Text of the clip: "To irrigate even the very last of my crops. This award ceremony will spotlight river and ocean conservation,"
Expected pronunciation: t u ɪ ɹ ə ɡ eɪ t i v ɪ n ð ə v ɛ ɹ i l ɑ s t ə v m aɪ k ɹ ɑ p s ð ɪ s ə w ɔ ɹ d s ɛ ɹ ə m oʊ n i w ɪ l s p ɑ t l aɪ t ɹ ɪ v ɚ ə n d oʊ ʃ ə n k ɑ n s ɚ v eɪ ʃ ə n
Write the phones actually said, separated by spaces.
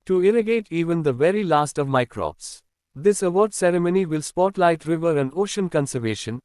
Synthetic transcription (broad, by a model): t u ɪ ɹ ə ɡ eɪ t i v ɪ n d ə v ɛ ɹ i l ɑ s t ə v m aɪ k ɹ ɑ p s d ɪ s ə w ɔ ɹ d s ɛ ɹ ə m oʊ n i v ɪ l s p ɑ t l aɪ t ɹ ɪ v ɚ ə n d oʊ ʃ ə n k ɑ n s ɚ v eɪ ʃ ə n